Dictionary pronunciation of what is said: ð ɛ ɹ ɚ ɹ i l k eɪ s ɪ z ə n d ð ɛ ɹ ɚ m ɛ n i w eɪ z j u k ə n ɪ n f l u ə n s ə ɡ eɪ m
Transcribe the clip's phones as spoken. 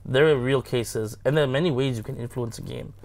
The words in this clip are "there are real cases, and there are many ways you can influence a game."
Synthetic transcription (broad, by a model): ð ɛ ɹ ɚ ɹ i l k eɪ s ɪ z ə n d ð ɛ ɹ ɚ m ɛ n i w eɪ z j u k ə n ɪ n f l u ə n s ə ɡ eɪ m